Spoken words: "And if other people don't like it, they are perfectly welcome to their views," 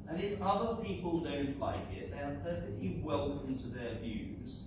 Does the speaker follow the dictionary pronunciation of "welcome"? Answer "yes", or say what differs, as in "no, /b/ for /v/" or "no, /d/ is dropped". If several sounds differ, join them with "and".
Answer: no, /k/ is dropped